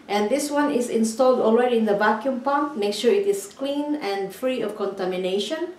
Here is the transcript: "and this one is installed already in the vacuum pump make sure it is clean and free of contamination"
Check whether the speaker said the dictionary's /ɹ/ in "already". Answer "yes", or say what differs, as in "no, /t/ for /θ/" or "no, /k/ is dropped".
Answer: no, /w/ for /ɹ/